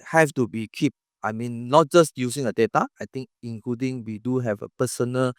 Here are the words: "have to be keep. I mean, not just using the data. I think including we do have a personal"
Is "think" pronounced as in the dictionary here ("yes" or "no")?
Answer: no